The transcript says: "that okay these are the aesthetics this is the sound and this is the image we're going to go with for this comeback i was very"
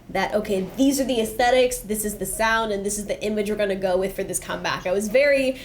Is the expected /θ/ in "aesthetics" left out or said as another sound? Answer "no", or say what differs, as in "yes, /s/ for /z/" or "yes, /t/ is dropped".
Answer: no